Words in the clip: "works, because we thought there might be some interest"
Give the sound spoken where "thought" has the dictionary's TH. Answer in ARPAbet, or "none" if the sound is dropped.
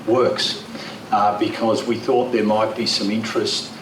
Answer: TH